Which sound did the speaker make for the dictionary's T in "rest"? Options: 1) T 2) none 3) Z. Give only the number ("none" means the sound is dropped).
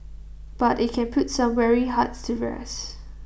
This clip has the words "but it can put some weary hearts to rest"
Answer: 2